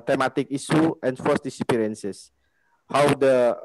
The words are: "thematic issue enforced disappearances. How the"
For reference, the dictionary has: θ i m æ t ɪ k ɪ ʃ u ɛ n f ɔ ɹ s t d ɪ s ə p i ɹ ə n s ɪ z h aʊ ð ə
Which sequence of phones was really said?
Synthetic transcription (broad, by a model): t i m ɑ t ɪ k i s u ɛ n f ɔ s d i s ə p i ɹ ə n s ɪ s h aʊ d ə